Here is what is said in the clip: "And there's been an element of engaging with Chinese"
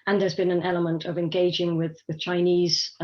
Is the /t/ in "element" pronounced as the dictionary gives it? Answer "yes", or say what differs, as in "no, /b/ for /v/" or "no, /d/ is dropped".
yes